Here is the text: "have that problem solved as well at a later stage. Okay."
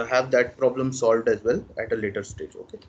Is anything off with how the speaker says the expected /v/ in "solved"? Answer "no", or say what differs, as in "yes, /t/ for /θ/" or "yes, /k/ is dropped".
no